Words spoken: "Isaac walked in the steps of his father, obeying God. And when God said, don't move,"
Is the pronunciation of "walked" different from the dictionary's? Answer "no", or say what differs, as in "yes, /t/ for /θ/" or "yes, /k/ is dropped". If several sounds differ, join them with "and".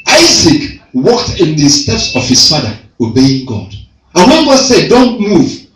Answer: no